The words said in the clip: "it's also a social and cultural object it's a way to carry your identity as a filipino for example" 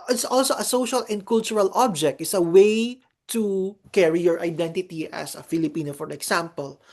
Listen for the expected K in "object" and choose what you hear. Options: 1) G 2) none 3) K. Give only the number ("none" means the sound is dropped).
3